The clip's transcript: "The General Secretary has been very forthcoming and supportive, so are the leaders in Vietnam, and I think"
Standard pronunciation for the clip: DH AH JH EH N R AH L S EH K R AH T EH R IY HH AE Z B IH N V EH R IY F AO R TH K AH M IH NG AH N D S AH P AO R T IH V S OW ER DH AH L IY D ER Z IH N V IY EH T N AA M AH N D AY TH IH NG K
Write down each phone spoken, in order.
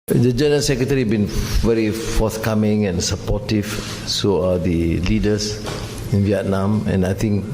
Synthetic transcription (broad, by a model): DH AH JH EH N R AH L S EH K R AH T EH R IY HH B IH N V EH R IY F AO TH K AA M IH NG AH N S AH P AO T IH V S OW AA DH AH L IY D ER S IH N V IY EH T N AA M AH N AY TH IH NG K